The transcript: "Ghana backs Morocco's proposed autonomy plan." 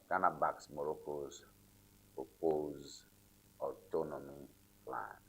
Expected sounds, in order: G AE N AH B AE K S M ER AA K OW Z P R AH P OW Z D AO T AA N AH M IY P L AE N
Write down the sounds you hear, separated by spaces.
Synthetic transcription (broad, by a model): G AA N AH B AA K S M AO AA K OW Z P AH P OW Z AO T AA N AH M IY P L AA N